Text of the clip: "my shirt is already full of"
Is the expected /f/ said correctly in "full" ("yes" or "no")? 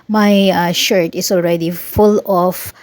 yes